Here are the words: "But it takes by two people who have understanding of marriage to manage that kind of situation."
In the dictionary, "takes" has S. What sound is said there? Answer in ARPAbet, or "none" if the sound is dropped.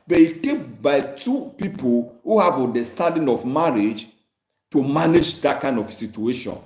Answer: none